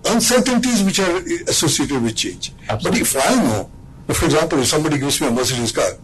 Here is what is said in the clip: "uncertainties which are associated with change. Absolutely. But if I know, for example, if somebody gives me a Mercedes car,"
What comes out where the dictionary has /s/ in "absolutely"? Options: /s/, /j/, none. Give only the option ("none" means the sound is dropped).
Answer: none